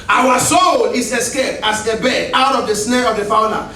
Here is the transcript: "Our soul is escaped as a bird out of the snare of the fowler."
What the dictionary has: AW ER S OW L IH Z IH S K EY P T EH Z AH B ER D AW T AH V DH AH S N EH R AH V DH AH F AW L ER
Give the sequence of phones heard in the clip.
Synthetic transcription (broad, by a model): AW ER S OW L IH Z IH S K EY P T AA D AH B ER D AW T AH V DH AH S N EH R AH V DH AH F AW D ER